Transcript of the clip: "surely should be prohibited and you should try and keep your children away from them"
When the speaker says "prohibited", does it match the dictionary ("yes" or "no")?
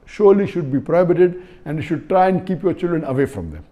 yes